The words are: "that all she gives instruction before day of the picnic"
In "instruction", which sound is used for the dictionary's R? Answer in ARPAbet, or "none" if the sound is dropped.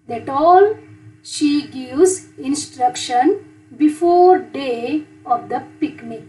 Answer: R